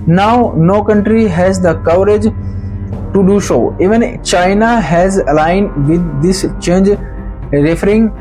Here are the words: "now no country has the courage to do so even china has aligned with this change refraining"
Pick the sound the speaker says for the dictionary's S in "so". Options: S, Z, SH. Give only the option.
SH